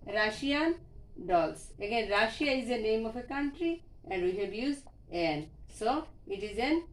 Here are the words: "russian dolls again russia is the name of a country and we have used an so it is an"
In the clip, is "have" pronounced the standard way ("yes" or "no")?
no